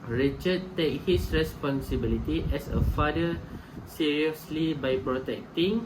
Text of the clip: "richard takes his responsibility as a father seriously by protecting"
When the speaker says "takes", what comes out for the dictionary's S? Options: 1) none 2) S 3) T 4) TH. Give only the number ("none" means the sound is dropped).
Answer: 1